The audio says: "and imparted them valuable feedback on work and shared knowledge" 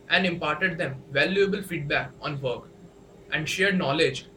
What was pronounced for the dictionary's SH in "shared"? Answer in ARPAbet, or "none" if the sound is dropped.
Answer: SH